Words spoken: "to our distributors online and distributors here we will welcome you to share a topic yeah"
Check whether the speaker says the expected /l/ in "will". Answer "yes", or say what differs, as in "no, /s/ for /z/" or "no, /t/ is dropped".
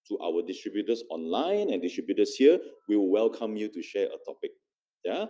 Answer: no, /w/ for /l/